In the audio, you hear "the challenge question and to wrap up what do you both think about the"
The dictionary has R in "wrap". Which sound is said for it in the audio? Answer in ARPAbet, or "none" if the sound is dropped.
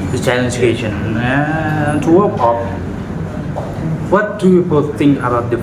W